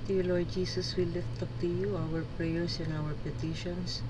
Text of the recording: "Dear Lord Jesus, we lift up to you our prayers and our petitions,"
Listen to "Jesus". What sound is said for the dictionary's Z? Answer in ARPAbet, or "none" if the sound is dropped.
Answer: S